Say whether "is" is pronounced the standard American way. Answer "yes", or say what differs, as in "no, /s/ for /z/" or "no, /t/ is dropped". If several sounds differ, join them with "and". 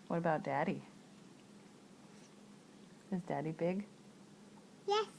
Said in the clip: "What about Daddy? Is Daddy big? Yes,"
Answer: yes